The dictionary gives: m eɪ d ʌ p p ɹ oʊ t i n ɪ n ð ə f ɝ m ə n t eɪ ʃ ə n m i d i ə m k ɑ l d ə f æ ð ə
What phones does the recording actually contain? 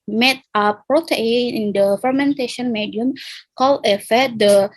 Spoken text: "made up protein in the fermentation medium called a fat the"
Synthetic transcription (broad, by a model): m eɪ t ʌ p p ɹ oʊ t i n ɪ n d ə f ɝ m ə n t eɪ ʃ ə n m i d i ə m k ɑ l ə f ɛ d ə